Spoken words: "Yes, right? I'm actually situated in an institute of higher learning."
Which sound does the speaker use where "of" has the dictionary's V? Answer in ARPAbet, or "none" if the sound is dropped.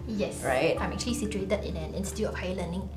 F